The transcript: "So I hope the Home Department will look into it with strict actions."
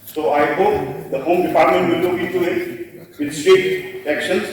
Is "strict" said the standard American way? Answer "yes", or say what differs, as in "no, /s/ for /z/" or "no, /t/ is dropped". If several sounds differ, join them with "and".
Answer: no, /ɹ/ is dropped